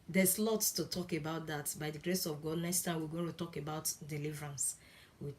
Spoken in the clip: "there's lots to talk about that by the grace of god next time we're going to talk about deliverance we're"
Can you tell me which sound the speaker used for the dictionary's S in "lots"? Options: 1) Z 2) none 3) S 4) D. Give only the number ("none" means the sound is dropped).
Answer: 2